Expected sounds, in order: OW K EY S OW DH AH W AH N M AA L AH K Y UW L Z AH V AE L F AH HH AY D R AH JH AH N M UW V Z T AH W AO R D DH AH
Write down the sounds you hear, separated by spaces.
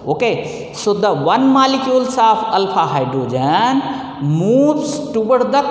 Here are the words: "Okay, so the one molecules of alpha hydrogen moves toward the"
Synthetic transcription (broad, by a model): OW K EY S OW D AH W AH N M AA L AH K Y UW L S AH P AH L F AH HH AY D R AH JH AH N M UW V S T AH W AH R D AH